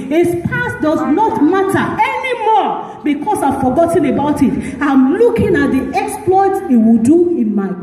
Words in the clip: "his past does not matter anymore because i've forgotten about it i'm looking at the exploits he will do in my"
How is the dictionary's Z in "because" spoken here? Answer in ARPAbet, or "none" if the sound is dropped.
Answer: S